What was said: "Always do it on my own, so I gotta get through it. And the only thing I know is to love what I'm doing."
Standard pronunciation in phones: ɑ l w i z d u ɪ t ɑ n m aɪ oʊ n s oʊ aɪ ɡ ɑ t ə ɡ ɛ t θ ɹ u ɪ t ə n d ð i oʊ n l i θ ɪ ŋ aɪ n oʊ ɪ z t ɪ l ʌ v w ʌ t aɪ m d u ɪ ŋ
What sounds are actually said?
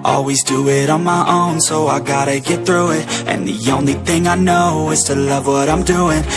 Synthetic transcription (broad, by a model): ɑ l w i z d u ɪ t n m aɪ oʊ n s oʊ aɪ ɡ ɑ t ə ɡ ɛ t θ ɹ u ɪ t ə n ð i oʊ n l i θ ɪ ŋ aɪ n oʊ ɪ z t ɪ l ʌ v w ʌ t aɪ m d u ɪ ŋ